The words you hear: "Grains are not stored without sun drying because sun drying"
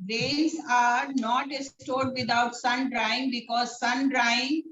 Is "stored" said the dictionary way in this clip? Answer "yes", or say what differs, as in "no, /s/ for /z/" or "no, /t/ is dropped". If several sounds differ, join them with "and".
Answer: yes